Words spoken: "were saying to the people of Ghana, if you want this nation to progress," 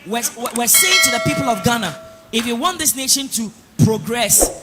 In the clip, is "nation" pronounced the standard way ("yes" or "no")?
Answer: yes